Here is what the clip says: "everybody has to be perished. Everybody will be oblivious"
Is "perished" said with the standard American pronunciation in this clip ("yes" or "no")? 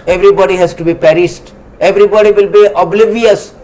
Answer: no